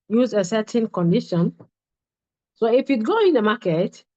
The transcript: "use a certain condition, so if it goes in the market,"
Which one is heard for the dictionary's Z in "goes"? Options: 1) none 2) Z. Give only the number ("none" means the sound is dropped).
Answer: 1